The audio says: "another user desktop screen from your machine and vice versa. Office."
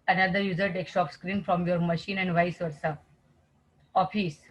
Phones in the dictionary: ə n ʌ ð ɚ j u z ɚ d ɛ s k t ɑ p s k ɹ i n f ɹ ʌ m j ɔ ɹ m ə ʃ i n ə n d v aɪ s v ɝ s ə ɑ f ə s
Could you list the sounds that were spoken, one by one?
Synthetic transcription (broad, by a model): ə n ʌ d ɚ j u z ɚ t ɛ k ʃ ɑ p s k ɹ i n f ɹ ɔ m j ɔ ɹ m ə ʃ i n ə n d v aɪ s v ɝ s ə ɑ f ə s